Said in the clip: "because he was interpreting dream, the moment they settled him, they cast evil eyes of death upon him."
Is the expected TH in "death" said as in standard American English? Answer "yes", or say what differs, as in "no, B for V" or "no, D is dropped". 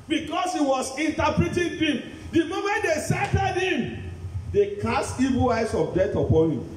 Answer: no, T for TH